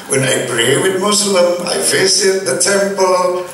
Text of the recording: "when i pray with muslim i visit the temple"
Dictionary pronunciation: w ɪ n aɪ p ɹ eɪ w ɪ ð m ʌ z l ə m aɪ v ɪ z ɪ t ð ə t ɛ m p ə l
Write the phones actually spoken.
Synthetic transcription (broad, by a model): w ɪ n aɪ p ɹ eɪ w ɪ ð m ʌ s l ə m aɪ f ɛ s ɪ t ð ə t ɛ m p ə l